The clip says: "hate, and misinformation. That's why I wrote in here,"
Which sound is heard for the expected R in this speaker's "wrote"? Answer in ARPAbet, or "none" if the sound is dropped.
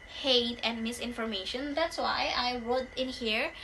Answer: W